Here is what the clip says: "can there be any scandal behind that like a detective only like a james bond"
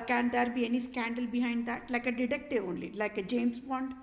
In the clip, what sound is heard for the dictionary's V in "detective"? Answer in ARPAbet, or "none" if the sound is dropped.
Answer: none